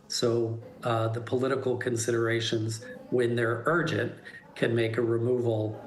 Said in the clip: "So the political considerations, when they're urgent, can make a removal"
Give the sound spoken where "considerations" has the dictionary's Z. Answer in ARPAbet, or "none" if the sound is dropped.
Z